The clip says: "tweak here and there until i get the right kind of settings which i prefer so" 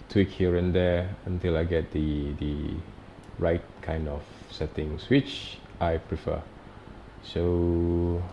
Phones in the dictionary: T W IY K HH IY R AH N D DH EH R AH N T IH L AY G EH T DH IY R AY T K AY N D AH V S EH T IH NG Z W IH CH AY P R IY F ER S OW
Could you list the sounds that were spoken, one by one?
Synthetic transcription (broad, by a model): T W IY K HH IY R AH N D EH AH N T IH L AY G EH T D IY R AY T K AY N D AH F S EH T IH NG S W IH CH AY P R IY F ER S OW